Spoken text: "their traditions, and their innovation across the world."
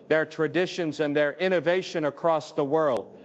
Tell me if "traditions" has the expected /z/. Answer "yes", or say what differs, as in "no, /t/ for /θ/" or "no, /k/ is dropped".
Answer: yes